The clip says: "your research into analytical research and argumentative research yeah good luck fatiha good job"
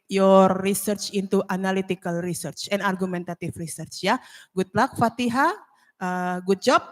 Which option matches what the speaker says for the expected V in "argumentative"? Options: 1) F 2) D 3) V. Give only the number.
1